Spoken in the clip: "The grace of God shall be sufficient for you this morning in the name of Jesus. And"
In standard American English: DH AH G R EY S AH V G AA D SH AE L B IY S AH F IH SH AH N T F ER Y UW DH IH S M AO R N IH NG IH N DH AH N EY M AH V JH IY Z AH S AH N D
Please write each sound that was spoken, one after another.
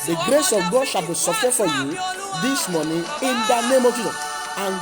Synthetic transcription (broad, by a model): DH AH G R EY S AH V G AA D SH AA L B IY S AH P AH T F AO Y UW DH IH S M AO N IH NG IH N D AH N EY M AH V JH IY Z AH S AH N